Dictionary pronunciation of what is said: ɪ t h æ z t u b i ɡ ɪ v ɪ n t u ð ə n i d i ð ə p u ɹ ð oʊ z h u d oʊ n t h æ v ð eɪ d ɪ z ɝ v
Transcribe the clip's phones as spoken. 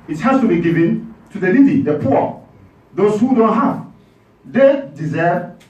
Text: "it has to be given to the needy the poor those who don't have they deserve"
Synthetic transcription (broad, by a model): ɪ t h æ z t u b i ɡ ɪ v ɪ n t u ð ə l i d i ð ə p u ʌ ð oʊ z h u d oʊ n t h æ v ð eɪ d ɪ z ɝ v